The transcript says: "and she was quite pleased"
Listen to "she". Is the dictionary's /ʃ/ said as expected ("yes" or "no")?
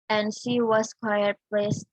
yes